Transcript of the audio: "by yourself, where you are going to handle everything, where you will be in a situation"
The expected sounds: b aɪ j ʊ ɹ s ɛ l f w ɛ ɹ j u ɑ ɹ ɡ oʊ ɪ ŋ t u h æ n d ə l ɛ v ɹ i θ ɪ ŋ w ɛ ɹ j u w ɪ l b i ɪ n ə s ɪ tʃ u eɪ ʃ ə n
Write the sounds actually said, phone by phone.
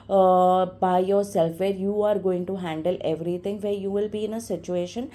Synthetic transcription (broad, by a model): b aɪ j ʊ ɹ s ɛ l f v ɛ ɹ j u ɑ ɹ ɡ oʊ ɪ ŋ t u h æ n d ə l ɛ v ɹ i t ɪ ŋ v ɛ ɹ j u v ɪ l b i ɪ n ə s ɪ tʃ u eɪ ʃ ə n